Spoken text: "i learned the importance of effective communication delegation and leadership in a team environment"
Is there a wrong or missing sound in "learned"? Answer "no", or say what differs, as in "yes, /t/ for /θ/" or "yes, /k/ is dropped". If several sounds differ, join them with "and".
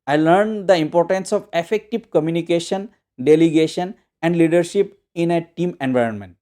no